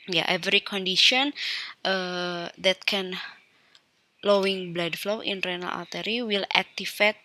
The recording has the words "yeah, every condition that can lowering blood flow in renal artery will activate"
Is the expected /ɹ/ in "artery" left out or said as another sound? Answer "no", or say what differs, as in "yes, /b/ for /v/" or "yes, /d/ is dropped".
yes, /l/ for /ɹ/